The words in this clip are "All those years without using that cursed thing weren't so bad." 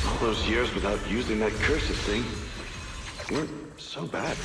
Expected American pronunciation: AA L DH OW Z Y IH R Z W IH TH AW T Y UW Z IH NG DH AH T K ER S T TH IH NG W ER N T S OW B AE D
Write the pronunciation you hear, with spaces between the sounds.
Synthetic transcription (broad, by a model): AA L DH OW Z Y IH R Z W IH TH AW T Y UW Z IH NG DH AH T K ER S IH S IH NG W ER N T S OW B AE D